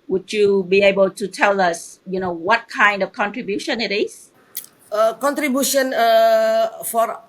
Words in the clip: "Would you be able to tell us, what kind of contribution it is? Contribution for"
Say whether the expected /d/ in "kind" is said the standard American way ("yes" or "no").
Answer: yes